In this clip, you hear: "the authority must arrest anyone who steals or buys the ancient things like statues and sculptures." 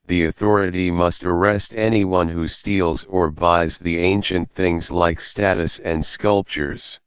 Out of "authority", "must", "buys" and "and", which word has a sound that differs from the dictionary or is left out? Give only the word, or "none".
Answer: none